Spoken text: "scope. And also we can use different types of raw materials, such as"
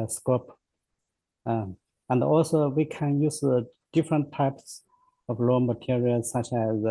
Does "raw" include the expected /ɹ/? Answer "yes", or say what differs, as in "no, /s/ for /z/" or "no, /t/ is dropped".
no, /l/ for /ɹ/